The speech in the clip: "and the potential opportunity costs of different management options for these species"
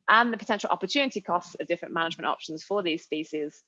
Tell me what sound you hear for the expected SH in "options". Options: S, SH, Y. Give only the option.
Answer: SH